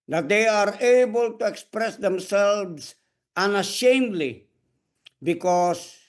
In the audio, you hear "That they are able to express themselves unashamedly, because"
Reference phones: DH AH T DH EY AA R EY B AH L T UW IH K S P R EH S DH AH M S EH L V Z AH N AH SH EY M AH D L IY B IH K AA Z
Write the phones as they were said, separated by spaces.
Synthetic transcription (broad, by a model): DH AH T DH EY AA R EY B AH L T UW IH K S P R EH S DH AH M S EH L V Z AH N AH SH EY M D L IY B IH K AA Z